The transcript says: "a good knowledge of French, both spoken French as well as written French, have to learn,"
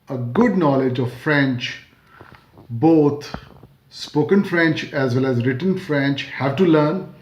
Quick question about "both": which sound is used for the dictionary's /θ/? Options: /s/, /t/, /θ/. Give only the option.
/t/